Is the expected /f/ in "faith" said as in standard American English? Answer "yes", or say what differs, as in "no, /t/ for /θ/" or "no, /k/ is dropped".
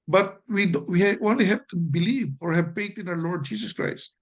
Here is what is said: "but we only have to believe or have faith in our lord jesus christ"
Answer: no, /p/ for /f/